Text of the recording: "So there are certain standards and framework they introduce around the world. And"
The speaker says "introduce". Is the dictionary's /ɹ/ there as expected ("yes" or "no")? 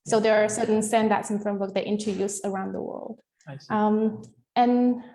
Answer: no